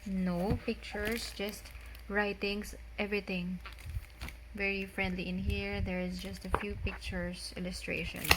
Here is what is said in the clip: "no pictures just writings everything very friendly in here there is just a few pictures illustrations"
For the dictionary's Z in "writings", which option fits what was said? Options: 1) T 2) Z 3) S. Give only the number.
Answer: 3